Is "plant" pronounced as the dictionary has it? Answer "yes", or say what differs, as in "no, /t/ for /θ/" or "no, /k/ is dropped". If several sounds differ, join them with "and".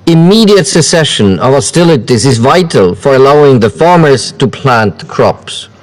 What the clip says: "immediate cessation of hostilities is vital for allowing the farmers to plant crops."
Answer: yes